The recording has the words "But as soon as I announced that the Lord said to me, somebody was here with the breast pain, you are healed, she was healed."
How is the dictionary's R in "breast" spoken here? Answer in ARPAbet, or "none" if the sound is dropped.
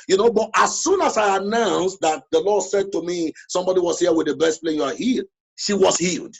none